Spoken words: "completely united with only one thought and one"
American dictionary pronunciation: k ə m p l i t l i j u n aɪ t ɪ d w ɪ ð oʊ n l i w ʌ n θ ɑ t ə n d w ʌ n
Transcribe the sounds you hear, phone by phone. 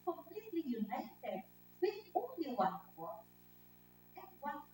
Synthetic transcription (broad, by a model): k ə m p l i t l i j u n aɪ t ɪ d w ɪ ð oʊ n l i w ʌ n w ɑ ə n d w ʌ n